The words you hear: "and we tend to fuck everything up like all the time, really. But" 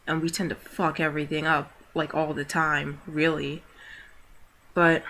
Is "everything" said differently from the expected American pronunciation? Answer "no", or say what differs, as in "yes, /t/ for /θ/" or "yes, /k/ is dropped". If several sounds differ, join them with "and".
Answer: no